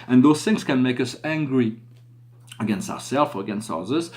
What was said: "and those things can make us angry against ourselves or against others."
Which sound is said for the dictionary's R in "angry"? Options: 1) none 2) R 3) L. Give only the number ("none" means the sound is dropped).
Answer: 2